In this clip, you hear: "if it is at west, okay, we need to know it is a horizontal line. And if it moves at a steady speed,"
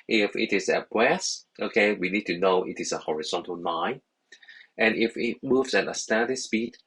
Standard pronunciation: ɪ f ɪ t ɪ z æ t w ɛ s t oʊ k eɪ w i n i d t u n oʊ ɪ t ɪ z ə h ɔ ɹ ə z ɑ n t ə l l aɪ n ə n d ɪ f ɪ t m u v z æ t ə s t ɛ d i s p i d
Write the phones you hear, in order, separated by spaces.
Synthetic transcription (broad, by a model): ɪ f ɪ t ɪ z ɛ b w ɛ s t oʊ k eɪ w i n i d t u n oʊ ɪ t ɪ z ə h ɔ ɹ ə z ɑ n t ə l n aɪ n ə n ɪ f ɪ t m u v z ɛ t ə s t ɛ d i s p i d